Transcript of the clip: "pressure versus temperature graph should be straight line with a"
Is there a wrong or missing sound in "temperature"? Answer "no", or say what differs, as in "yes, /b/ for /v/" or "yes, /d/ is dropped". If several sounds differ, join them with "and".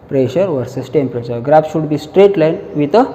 yes, /ʃ/ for /tʃ/